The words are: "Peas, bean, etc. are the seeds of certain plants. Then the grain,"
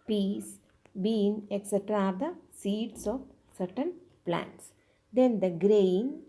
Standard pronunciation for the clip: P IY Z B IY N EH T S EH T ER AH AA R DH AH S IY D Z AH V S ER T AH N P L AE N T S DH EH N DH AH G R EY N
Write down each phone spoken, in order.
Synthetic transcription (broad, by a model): P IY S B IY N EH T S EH T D AA R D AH S IY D S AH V S ER T AH N P L AE N T S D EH N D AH G R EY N